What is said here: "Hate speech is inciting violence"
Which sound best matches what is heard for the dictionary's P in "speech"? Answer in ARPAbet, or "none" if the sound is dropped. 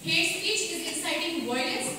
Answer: none